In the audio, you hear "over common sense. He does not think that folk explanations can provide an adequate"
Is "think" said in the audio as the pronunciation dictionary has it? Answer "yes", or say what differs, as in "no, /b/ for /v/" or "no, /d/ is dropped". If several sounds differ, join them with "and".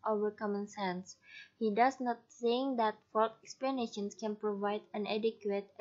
no, /s/ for /θ/